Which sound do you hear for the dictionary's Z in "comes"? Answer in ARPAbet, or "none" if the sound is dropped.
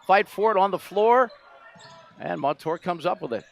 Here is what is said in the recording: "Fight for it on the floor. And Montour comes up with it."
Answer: Z